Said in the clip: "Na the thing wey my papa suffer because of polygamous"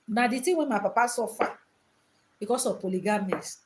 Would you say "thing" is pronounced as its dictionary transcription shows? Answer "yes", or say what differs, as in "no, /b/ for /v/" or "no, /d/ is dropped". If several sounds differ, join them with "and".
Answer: no, /t/ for /θ/